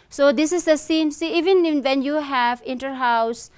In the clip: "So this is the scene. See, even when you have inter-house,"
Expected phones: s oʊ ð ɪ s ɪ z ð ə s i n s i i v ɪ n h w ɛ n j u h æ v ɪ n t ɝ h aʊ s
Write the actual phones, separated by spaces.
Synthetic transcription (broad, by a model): s oʊ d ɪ s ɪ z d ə s i n s i i v ɪ n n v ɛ n j u h æ v ɪ n t ɝ h aʊ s